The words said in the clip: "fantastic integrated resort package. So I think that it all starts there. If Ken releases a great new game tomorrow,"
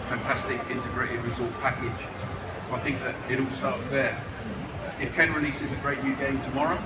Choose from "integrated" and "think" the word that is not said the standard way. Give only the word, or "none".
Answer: none